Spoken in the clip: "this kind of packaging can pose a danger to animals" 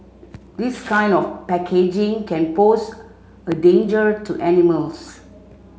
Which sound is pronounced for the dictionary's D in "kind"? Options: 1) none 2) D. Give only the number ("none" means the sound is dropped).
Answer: 2